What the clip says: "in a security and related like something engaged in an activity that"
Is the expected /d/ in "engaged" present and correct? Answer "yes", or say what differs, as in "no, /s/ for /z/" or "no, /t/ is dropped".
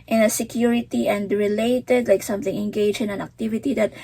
no, /d/ is dropped